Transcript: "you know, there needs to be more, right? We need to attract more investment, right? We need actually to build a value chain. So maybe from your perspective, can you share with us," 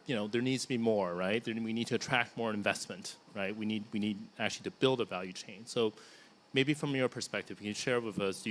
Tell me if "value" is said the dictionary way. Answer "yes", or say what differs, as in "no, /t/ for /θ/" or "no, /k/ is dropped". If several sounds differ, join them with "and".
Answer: yes